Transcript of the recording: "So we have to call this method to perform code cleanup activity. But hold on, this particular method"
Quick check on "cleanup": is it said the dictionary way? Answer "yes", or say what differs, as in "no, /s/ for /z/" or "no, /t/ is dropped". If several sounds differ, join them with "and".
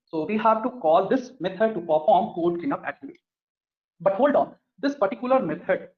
no, /l/ is dropped